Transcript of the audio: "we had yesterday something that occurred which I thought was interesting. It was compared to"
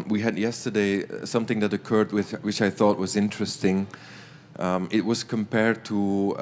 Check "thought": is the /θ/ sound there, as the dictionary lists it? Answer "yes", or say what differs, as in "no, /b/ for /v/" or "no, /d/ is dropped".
yes